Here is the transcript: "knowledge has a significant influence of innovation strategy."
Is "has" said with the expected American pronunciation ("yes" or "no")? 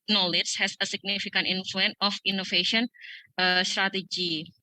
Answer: no